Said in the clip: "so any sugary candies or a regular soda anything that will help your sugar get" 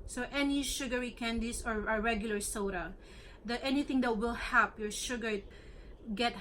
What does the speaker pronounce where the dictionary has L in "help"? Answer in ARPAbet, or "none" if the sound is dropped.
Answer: none